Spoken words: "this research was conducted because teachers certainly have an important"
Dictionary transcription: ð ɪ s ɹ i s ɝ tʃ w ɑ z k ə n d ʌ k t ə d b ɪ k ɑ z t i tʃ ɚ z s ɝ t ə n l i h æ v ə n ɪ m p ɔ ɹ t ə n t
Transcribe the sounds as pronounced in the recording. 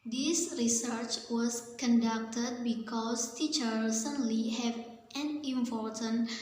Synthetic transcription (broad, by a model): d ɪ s ɹ i s ɝ tʃ w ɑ s k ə n d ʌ k t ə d b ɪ k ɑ s t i tʃ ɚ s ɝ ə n l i h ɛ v ə n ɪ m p ɔ ɹ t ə n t